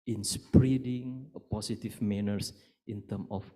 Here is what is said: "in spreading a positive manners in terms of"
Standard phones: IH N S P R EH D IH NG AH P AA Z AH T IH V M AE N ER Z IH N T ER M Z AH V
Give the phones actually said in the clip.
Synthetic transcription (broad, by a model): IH N S P R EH D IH NG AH P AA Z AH T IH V M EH N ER S IH N T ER M AH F